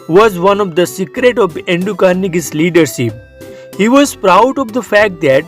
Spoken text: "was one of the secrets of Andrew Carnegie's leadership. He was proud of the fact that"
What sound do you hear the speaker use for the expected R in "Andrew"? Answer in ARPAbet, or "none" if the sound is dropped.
none